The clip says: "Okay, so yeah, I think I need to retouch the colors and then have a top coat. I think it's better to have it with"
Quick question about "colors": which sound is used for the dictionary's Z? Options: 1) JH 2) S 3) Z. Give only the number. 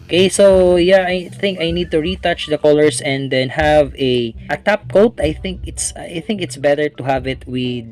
2